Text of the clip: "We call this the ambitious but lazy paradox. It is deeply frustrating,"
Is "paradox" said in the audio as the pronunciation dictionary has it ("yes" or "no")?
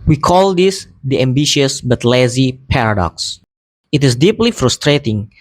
yes